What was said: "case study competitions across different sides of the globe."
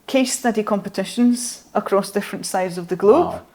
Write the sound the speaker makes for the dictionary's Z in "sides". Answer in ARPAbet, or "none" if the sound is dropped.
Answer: Z